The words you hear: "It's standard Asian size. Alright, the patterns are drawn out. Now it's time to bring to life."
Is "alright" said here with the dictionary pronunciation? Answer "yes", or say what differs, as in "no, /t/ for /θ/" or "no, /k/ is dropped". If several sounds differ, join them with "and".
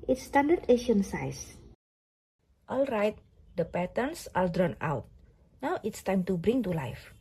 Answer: yes